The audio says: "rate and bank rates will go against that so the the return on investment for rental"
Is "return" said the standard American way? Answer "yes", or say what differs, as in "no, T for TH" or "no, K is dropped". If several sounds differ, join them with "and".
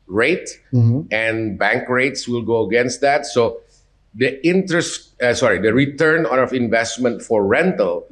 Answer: yes